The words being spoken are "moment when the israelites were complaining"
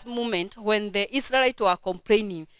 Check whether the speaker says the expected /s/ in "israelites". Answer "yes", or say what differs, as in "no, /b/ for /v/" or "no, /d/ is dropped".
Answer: no, /s/ is dropped